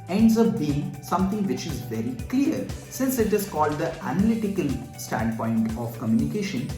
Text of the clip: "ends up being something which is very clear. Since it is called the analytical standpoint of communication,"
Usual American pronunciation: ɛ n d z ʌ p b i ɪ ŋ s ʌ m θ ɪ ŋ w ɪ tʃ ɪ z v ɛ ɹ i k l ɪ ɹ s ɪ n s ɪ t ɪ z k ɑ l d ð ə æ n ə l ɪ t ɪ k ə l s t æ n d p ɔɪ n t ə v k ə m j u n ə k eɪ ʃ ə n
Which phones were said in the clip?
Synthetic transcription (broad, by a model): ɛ n d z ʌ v b i ɪ ŋ s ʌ m t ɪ ŋ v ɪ tʃ ɪ z v ɛ ɹ i k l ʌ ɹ s ɪ n s ɪ t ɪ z k ɑ l d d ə æ n ə l ɪ t ɪ k ə l s t æ n d p ɔɪ n t ə v k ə m j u n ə k eɪ ʃ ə n